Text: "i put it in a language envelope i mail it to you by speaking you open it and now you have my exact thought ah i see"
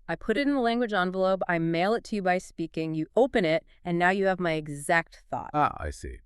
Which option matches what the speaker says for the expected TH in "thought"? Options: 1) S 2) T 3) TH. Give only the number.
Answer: 3